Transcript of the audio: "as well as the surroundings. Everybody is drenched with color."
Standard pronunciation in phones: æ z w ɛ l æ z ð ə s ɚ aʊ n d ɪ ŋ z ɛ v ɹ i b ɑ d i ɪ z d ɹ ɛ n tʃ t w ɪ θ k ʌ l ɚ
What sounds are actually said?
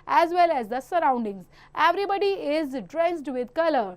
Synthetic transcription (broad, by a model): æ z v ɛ l æ z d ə s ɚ aʊ n d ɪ ŋ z ɛ v ɹ i b ɑ d i ɪ z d ɹ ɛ n s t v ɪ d k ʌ l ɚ